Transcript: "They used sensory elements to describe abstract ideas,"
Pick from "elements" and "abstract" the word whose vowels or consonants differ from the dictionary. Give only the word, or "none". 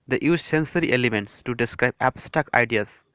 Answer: abstract